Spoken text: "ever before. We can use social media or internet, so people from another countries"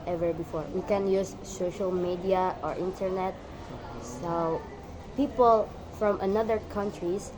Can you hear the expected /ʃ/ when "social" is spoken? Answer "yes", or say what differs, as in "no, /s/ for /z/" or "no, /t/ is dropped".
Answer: yes